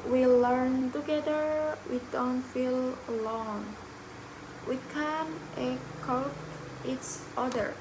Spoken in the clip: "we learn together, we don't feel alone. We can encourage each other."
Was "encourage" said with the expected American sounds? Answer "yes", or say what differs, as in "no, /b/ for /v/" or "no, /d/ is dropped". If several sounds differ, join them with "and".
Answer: no, /n/ is dropped